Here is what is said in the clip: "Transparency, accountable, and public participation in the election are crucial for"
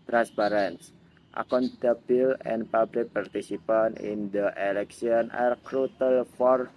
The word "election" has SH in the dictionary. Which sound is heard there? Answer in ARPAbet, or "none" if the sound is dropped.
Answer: S